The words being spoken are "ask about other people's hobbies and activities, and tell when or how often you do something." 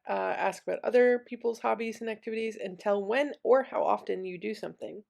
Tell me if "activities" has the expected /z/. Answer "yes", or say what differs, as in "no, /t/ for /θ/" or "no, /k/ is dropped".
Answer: yes